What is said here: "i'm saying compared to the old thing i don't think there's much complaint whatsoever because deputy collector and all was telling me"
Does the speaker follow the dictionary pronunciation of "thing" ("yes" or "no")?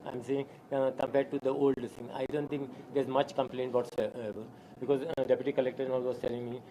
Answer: no